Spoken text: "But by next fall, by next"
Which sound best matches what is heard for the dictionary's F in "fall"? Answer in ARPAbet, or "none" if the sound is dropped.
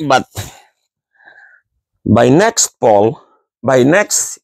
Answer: P